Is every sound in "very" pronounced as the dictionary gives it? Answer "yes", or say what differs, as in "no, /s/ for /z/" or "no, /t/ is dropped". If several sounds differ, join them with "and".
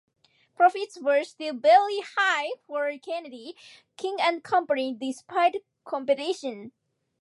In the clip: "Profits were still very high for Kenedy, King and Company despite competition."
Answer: no, /b/ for /v/ and /l/ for /ɹ/